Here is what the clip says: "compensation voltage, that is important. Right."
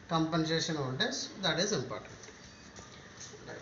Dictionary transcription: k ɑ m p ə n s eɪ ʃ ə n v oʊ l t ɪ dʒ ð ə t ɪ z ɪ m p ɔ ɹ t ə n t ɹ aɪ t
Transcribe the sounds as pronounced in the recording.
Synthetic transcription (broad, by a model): k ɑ m p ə n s eɪ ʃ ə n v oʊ n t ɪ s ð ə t ɪ z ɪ m p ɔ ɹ t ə n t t